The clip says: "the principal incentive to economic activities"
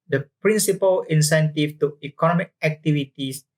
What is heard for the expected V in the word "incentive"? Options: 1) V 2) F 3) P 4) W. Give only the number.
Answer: 2